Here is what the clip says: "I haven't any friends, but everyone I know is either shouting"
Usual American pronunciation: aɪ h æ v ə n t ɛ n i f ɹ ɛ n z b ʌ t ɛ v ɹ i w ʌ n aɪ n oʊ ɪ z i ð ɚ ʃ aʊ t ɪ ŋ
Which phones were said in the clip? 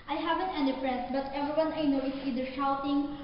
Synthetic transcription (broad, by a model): aɪ h æ v ə n t ɛ n i p ɹ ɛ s b ʌ t ɛ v ɹ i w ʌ n aɪ n oʊ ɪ s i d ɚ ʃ aʊ t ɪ ŋ